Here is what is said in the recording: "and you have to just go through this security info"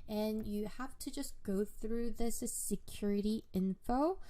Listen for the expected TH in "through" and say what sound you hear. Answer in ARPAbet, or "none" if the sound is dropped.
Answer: TH